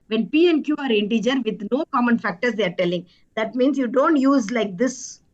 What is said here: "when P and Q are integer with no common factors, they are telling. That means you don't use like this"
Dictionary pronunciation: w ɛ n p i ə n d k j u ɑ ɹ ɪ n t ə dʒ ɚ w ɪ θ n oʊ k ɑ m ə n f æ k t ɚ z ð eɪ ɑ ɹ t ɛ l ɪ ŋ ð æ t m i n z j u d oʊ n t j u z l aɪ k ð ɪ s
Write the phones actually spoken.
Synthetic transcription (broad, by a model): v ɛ n p i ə n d k j u ɑ ɹ ɪ n t ə dʒ ɚ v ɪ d n oʊ k ɑ m ə n f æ k t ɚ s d eɪ ɑ ɹ t ɛ l ɪ ŋ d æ t m i n s j u d oʊ n t j u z l aɪ k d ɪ s